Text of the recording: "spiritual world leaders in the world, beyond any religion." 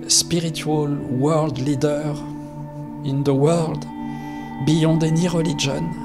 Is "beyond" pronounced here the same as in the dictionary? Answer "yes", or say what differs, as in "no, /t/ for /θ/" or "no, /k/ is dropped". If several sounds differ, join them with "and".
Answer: no, /n/ is dropped